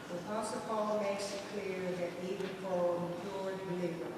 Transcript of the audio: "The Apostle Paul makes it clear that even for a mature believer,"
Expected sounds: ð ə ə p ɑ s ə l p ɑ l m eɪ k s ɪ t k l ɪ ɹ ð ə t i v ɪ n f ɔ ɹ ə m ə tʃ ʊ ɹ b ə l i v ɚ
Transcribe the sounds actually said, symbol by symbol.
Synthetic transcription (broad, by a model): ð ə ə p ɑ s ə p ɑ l m eɪ k s ɪ t k l ɪ ɹ ð ə t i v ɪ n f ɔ l ə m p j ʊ ɹ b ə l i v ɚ